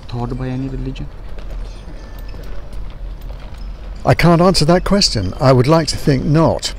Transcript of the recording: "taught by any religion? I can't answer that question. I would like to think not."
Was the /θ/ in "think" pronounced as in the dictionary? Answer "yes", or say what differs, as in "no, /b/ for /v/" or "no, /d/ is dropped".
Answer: yes